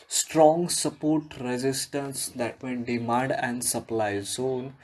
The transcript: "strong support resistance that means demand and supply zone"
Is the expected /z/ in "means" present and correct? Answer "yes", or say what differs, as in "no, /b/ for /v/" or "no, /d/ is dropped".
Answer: no, /z/ is dropped